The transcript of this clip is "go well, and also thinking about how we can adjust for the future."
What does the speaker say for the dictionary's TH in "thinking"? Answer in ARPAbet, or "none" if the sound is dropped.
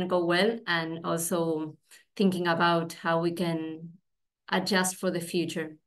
TH